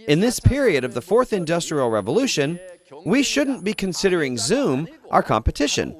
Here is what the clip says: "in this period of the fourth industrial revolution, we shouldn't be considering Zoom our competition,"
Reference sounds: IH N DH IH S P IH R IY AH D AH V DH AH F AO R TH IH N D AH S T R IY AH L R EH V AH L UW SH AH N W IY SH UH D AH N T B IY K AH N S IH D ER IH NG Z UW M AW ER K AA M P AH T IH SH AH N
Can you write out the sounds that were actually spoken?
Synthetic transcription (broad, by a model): IH N DH IH S P IH R IY AH D AH V DH AH F AO R TH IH N D AH S T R IY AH L R EH V AH L UW SH AH N W IY SH UH D N B IY K AH N S IH D ER IH NG Z UW M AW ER K AA M P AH T IH SH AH N